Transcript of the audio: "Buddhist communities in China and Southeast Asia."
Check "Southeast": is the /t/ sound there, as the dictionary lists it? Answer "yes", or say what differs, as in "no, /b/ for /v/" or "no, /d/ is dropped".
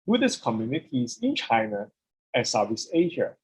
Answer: no, /t/ is dropped